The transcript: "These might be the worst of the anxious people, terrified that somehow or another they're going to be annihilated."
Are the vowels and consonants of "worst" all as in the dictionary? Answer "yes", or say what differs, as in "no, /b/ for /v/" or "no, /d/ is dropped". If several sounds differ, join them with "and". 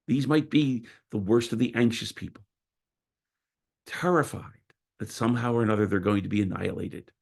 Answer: yes